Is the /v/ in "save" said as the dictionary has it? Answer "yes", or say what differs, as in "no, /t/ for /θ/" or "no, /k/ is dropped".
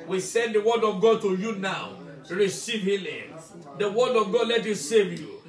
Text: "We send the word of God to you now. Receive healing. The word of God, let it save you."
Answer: yes